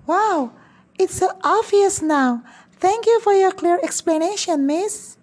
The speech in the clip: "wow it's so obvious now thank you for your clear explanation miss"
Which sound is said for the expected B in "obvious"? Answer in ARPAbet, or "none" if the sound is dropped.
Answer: none